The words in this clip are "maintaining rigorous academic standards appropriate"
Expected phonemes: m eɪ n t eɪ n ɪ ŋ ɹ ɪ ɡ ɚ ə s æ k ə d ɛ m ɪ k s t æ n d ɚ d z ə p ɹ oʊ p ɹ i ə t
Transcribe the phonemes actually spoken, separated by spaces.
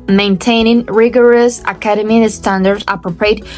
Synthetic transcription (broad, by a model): m eɪ n t eɪ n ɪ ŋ ɹ ɪ ɡ ɚ ə s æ k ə d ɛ m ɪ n s t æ n d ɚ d ə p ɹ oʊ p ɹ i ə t